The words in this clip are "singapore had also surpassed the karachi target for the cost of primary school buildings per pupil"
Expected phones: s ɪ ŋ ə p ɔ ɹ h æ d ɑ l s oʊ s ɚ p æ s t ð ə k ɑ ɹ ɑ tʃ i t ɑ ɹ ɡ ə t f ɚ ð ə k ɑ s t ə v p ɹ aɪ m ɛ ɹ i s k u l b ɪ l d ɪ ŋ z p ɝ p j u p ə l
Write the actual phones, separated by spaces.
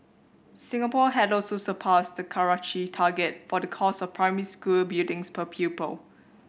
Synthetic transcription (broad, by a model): s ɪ ŋ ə p ɔ h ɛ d ɑ l s oʊ s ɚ p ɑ s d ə k ɑ ɹ ɑ tʃ i t ɑ ɡ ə t f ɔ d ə k ɑ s ə f p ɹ aɪ m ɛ ɹ i s k u l b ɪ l d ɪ ŋ s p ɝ p j u p ə l